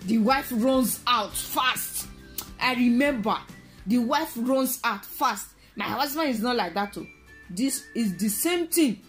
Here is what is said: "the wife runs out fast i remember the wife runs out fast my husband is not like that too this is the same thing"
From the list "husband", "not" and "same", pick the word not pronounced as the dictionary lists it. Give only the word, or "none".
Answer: husband